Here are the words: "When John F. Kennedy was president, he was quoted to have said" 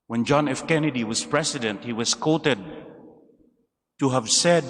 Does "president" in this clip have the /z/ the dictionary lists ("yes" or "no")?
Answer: no